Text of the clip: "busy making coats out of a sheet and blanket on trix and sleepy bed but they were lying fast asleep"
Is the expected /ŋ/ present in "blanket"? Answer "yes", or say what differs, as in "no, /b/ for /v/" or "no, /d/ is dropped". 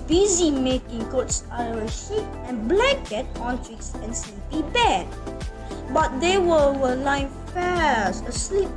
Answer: no, /ŋ/ is dropped